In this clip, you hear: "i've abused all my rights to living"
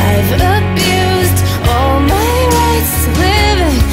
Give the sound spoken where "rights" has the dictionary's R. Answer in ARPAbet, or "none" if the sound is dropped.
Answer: W